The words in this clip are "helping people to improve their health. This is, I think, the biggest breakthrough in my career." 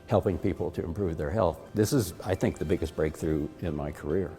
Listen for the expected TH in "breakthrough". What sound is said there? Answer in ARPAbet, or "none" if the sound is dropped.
TH